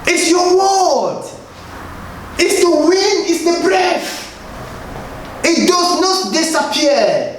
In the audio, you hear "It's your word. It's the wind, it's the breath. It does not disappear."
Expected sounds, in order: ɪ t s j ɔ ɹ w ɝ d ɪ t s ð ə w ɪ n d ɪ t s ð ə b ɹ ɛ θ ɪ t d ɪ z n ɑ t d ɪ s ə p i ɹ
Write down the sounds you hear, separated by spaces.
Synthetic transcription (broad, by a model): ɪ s j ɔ w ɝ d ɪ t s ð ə w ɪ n ɪ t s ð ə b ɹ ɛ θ ɪ t d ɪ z n ɑ t d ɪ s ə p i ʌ